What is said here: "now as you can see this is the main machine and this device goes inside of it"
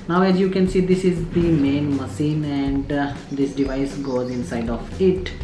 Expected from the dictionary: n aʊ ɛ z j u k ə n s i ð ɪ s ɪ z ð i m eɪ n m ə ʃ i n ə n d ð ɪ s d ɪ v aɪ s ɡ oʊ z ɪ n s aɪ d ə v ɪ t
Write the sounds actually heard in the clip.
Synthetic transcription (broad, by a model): n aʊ ɛ z j u k ə n s i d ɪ s ɪ z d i m eɪ n m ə s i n ə n d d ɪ s d ɪ v aɪ s ɡ oʊ z ɪ n s aɪ d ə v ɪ t